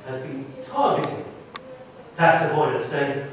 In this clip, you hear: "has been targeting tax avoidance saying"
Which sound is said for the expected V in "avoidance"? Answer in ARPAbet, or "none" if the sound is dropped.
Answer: P